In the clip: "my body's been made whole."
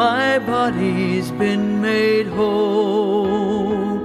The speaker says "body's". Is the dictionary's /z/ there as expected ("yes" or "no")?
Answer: yes